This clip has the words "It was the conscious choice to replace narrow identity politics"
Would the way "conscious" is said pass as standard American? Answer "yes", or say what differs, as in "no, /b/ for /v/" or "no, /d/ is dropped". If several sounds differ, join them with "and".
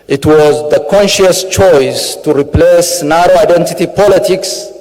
yes